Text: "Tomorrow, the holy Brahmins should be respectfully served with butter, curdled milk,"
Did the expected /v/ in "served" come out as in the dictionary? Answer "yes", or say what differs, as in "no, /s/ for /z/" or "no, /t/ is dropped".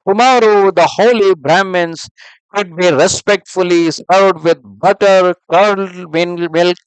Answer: no, /v/ is dropped